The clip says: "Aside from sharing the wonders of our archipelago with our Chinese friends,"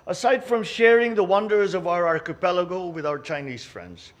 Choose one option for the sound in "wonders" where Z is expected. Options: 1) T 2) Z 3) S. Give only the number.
2